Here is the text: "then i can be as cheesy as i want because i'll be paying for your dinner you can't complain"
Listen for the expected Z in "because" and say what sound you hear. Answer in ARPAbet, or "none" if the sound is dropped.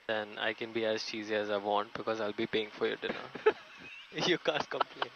Z